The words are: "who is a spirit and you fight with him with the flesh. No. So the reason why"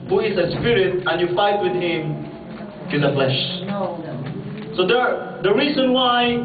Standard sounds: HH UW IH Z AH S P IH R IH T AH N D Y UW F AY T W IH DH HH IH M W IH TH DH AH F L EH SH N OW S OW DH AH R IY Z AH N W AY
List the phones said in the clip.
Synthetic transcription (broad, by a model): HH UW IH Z AH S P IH R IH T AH N Y UW F AY T W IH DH HH IH M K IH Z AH F L EH SH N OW S OW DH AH R IY Z AH N W AY